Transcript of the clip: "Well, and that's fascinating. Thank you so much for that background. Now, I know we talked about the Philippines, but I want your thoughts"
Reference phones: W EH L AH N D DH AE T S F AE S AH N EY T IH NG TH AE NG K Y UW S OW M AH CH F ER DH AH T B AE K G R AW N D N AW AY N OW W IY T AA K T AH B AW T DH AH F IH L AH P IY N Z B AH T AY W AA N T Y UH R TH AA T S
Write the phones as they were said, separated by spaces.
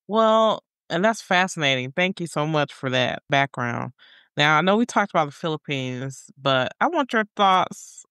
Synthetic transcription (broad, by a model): W EH L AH N DH AE T S F AE S AH N EY T IH NG TH AE NG K Y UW S OW M AH CH F ER DH AH T B AE K G R AW N D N AW AY N OW W IY T AA K T AH B AW T DH AH F IH L AH P IY N Z B AH T AY W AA N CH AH R TH AA T S